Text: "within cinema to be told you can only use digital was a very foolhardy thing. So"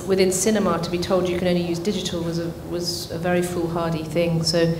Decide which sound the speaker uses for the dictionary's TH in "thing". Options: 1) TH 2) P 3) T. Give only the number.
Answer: 1